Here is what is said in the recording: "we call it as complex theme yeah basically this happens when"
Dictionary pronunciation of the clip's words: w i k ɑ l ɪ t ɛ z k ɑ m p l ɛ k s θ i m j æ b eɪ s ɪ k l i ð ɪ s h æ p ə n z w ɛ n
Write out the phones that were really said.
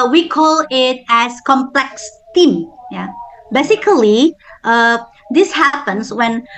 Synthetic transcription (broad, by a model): w i k ɑ l ɪ t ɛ s k ɑ m p l ɛ k s t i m j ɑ b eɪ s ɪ k l i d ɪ s h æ p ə n s w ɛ n